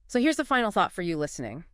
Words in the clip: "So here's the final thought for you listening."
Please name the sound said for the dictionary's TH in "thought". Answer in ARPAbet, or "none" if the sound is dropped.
TH